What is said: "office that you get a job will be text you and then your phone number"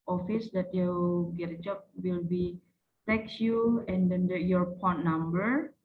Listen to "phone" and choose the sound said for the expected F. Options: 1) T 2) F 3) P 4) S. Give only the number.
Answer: 3